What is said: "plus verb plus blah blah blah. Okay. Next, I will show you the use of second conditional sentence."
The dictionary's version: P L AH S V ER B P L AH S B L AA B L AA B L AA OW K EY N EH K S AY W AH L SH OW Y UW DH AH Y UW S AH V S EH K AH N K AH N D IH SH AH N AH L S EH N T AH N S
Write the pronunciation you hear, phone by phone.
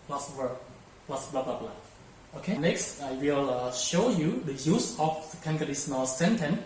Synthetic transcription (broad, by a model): P L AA S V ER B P L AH S B L AA B L AA B L AA OW K EY N EH K S AY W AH L SH OW Y UW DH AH Y UW S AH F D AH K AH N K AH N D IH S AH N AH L S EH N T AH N